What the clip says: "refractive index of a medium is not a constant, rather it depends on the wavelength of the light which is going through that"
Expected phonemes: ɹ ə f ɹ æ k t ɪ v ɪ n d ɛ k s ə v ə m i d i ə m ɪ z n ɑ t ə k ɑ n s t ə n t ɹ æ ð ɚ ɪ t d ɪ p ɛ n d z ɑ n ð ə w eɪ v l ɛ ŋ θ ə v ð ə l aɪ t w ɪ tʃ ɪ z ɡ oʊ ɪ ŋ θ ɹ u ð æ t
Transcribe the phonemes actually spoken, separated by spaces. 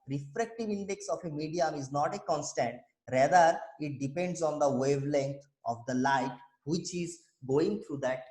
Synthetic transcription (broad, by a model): ɹ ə f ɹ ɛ k t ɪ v ɪ n d ɛ k s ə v ə m i d i ə m ɪ z n ɑ t ə k ɑ n s t ə n t ɹ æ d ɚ ɪ t d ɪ p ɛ n d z ɑ n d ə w eɪ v l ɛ ŋ t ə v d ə l aɪ t w ɪ tʃ ɪ z ɡ oʊ ɪ ŋ t ɹ u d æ t